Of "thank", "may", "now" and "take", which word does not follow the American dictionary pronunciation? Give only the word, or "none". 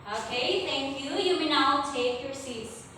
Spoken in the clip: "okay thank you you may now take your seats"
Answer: thank